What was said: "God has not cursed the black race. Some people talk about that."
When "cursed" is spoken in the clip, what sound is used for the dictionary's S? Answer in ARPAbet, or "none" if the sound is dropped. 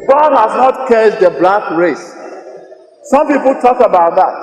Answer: none